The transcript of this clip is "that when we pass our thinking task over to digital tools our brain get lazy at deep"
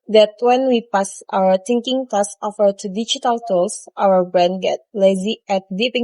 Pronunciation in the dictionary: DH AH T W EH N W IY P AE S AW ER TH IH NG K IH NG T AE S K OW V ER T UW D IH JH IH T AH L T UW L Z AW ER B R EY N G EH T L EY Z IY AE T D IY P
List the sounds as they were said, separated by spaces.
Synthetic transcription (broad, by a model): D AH T W EH N W IY P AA S AW ER T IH NG K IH NG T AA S OW F ER T UW D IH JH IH T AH L T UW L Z AW ER B R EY N G EH T L EY Z IY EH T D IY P